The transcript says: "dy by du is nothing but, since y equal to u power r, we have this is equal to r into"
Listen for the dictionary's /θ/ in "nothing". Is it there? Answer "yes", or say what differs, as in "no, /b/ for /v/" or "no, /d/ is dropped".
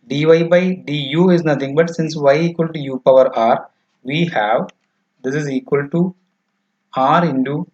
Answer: no, /t/ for /θ/